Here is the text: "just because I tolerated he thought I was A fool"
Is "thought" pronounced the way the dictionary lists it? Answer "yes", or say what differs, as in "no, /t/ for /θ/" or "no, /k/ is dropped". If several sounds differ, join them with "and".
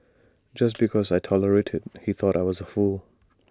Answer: yes